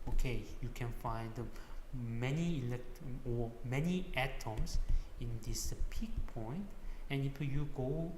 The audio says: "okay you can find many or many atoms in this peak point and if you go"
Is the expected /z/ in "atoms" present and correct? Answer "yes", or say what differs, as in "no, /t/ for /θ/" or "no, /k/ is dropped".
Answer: no, /s/ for /z/